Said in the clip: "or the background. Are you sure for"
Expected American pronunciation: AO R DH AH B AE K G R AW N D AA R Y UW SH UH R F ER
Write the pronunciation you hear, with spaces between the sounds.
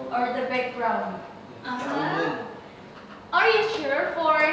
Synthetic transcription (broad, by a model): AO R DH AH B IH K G R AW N AA R Y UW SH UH R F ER